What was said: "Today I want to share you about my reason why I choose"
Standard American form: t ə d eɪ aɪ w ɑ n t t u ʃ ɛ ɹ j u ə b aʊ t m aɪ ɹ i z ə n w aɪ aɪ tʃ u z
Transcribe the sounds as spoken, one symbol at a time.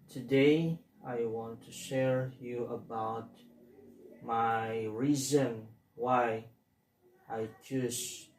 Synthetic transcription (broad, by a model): t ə d eɪ aɪ w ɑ n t t u ʃ ɛ ɹ j u ə b aʊ t m aɪ ɹ i z ə n w aɪ aɪ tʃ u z